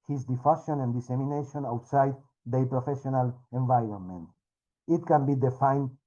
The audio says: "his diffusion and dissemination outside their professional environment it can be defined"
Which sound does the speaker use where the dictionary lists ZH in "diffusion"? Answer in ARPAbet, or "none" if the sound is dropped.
SH